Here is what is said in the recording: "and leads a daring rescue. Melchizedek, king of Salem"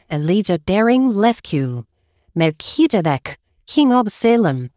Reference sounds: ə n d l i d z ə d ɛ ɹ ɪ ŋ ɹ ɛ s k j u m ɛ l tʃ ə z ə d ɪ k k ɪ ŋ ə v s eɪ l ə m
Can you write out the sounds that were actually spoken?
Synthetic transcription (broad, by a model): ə n l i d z ə d ɛ ɹ ɪ ŋ l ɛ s k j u m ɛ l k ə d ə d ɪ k k ɪ ŋ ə b s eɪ l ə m